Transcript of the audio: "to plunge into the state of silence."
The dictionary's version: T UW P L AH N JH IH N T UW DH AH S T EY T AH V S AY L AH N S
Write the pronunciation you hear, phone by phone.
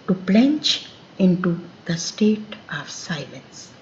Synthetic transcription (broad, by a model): T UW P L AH N CH IH N T UW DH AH S T EY T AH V S AY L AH N S